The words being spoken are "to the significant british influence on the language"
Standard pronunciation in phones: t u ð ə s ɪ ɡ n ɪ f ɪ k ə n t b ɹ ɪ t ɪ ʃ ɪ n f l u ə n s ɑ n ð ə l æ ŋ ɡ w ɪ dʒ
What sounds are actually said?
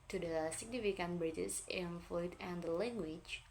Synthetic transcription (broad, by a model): t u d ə s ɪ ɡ n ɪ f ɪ k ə n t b ɹ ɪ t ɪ s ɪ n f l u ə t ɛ n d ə l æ ŋ ɡ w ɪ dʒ